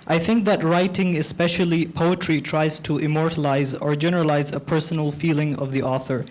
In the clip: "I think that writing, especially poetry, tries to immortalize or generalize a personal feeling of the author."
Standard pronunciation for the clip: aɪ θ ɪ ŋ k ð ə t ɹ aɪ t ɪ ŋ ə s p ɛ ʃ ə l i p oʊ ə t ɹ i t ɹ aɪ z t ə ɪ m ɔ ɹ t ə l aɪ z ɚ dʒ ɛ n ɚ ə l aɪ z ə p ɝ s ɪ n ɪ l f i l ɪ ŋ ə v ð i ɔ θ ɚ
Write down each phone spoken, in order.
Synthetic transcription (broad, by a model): aɪ θ ɪ ŋ k ð ə t ɹ aɪ t ɪ ŋ ə s p ɛ ʃ ə l i p oʊ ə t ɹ i t ɹ aɪ z t ə ɪ m ɔ ɹ t ə l aɪ z ɚ dʒ ɛ n ɚ ə l aɪ z ə p ɝ s n l f i l ɪ ŋ ə v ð i ɔ θ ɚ